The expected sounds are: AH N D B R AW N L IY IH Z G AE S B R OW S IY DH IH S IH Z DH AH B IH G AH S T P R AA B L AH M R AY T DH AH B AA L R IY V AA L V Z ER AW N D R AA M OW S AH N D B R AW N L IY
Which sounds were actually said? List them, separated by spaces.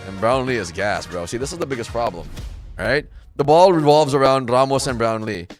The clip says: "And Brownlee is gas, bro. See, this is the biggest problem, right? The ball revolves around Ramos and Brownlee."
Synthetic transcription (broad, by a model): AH N B R AW N L IY IH Z G AE S B R OW S IY DH IH S IH Z DH AH B IH G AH S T P R AA B L AH M R AY T DH AH B AA L R IY V AA L V Z ER AW N D R AA M OW S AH N B R AW N L IY